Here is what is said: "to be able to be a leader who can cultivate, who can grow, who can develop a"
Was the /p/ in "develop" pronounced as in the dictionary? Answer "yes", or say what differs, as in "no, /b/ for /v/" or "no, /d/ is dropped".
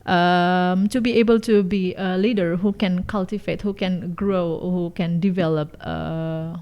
yes